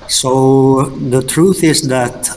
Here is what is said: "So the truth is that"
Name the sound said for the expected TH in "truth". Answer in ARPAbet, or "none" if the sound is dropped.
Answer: TH